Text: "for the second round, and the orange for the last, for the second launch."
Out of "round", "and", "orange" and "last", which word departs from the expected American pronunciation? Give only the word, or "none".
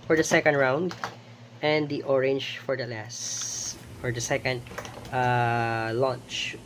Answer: none